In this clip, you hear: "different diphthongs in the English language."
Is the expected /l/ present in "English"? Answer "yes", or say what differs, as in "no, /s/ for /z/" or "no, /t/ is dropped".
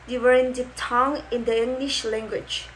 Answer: yes